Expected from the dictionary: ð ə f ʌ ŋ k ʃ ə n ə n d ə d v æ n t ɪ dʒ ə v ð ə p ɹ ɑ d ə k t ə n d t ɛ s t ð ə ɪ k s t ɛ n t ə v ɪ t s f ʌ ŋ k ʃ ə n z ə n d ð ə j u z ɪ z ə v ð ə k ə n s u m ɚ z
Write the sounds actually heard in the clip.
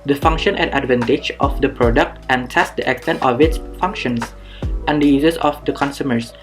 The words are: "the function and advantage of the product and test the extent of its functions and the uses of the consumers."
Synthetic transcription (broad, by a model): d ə f ʌ ŋ k ʃ ə n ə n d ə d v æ n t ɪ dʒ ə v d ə p ɹ ɑ d ə k t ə n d t ɛ s t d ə ɪ k s t ɛ n t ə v ɪ t s f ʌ ŋ k ʃ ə n s ə n d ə j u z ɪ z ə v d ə k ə n s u m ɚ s